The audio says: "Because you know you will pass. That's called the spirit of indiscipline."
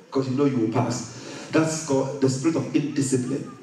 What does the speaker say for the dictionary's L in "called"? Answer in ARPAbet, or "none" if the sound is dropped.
none